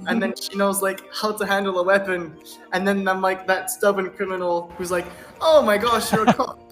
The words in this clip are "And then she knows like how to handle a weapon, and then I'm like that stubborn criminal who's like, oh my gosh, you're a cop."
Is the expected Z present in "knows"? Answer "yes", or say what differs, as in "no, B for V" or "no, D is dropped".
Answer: yes